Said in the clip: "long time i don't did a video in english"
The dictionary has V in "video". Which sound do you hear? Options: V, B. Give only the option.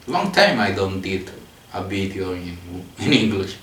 B